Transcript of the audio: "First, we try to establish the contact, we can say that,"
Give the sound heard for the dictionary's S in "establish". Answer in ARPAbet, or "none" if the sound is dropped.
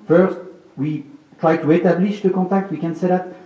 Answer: none